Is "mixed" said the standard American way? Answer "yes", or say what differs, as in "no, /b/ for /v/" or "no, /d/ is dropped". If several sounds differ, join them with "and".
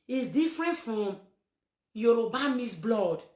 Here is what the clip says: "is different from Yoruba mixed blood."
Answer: no, /k/ is dropped